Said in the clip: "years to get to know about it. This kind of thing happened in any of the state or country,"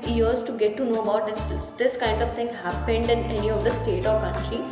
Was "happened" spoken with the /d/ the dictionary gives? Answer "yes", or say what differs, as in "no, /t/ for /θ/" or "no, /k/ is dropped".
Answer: yes